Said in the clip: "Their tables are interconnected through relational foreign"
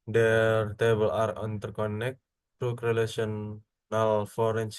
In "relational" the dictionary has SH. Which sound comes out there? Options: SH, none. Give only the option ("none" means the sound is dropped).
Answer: none